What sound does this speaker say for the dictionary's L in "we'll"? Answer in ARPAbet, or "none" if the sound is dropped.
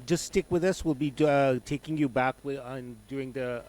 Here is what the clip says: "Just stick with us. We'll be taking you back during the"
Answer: L